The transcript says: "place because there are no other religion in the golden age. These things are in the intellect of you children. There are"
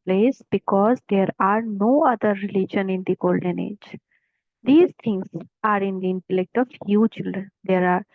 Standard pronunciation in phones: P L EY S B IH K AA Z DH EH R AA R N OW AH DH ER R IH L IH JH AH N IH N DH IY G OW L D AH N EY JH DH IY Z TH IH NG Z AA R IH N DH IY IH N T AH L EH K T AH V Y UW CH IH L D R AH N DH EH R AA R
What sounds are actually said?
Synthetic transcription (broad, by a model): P L EY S B IH K AA Z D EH R AA R N OW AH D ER R IH L IH JH AH N IH N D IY G OW L D AH N EY JH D IY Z T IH NG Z AA R IH N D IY IH N T AH L EH K T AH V Y UW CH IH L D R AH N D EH R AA R